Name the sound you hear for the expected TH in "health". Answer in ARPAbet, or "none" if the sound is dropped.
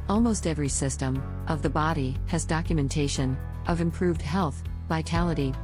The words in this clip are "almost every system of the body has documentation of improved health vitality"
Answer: TH